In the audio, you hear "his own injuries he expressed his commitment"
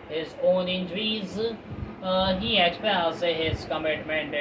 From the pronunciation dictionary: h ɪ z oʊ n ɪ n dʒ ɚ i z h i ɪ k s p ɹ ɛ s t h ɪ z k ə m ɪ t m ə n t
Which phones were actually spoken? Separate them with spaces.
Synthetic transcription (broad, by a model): h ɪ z oʊ n ɪ n dʒ ɚ i z h i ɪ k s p ɛ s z h ɪ z k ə m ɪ t m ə n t